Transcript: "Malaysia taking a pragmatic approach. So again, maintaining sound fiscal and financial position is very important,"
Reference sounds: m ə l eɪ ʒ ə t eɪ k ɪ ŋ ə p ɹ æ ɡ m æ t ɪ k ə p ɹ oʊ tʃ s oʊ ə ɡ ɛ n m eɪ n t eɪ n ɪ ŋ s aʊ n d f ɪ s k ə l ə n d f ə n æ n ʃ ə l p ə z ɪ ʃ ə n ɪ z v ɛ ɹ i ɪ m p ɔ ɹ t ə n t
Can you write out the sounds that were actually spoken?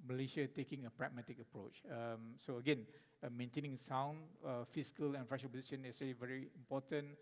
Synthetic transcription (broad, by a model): m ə l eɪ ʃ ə t eɪ k ɪ ŋ ə p ɹ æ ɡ m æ t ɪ k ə p ɹ oʊ tʃ s oʊ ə ɡ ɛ n m eɪ n t eɪ n ɪ ŋ s aʊ n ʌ f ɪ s k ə l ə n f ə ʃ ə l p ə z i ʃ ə n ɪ s v ɛ ɹ i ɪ m p ɔ t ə n